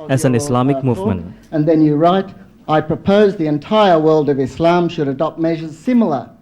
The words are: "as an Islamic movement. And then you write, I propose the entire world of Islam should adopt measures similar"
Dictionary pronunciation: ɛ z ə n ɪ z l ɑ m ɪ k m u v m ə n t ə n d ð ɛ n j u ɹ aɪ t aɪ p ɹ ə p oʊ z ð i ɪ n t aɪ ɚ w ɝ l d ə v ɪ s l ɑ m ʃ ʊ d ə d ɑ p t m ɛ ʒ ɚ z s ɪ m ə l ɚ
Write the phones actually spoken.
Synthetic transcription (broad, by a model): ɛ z ə n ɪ s l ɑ m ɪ k m u v m ə n t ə n ð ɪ n j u ɹ aɪ t aɪ p ɹ ə p oʊ z ð i ɪ n t aɪ ɚ w ɝ l d ə v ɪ s l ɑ m ʃ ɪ d ə d ɑ p t m ɛ ʒ ɚ z s ɪ m l ɚ